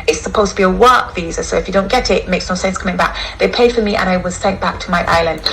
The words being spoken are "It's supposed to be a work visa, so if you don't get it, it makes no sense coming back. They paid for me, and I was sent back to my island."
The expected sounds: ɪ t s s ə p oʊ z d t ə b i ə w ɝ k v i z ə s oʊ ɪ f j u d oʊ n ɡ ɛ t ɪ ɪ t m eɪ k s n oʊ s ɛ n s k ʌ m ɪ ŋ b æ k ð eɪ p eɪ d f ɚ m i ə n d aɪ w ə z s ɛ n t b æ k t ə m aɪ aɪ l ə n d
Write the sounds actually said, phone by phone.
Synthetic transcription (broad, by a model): ɪ t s s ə p oʊ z t ə b i ə w ɝ k v i z ə s oʊ ɪ f j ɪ d oʊ n ɡ ɛ t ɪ ɪ t m eɪ k s n oʊ s ɛ n s k ʌ m ɪ ŋ b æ k ð eɪ p eɪ d f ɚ m i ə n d aɪ w ə z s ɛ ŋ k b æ k t ə m aɪ aɪ l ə n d